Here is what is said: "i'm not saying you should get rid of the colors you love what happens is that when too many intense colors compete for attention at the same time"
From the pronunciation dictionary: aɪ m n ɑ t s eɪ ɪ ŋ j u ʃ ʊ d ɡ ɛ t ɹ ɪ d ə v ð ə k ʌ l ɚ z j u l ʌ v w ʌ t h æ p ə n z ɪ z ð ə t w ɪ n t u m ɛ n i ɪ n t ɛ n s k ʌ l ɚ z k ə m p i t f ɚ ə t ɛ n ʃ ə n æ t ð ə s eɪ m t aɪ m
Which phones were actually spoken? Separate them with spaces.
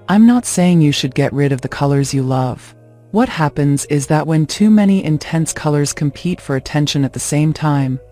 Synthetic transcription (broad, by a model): aɪ m n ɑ t s eɪ ɪ ŋ j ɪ ʃ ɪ d ɡ ɛ t ɹ ɪ d ə v ð ə k ʌ l ɚ z j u l ʌ v w ʌ t h æ p ə n z ɪ z ð ə t w ɪ n t u m ɛ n i ɪ n t ɛ n s k ʌ l ɚ z k ə m p i t f ɚ ə t ɛ n ʃ ə n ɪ t ð ə s eɪ m t aɪ m